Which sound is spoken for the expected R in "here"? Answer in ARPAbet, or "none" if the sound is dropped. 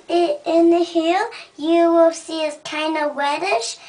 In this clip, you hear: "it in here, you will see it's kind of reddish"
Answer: L